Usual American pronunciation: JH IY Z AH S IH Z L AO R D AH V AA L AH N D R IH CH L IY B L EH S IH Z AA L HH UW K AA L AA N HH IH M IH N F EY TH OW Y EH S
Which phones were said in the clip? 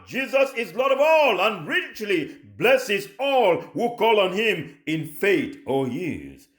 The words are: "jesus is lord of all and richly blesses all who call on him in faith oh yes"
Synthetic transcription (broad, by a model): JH IY Z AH S IH Z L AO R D AH V AA L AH N R IH CH L IY B L EH S IH Z AA L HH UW K AA L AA N HH IH M IH N F EY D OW Y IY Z